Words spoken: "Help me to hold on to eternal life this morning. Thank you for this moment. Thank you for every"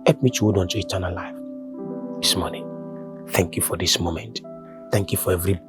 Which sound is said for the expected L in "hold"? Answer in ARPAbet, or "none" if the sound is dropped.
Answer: none